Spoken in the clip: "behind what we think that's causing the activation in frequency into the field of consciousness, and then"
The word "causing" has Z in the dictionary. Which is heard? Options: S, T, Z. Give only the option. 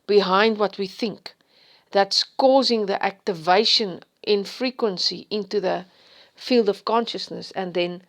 Z